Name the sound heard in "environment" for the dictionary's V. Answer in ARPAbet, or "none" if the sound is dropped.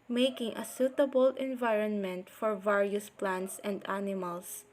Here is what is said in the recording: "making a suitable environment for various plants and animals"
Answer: V